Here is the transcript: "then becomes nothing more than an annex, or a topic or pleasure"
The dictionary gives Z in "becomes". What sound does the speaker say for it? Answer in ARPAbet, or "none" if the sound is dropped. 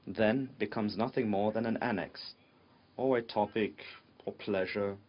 Z